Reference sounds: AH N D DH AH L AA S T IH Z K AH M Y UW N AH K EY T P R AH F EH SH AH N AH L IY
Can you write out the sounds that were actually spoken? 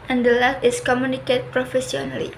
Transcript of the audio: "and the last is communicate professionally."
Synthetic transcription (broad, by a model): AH N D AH L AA T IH S K AH M Y UW N AH K EY T P R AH F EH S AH N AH L IY